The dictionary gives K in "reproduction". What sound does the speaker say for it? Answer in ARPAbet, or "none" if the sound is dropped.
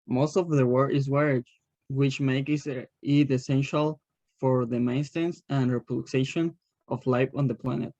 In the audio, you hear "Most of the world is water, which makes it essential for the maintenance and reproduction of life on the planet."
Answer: none